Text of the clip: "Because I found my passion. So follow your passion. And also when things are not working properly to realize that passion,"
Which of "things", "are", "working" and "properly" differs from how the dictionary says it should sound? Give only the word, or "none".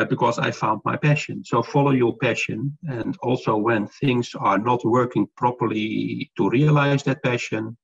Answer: none